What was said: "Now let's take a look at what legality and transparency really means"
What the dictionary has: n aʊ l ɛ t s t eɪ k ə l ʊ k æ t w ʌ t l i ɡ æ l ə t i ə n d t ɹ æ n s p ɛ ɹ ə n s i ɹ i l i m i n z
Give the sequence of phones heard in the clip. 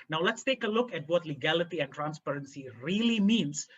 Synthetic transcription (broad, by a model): n aʊ l ɛ t s t eɪ k ə l ʊ k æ t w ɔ t l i ɡ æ l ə t i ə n t ɹ æ n s p ɛ ɹ ə n s i ɹ i l i m i n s